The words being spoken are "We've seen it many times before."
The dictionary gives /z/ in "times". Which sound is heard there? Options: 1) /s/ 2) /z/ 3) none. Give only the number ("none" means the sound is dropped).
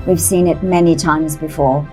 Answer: 2